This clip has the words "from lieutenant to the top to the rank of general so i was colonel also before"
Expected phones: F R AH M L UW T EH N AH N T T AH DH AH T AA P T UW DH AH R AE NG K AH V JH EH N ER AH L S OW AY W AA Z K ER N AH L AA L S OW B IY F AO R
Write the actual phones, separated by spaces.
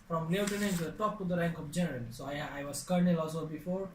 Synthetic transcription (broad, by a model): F R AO M L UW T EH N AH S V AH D T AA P T UW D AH R AE NG K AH P JH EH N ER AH L S OW AY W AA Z K ER N AH L AA L S OW B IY F AO R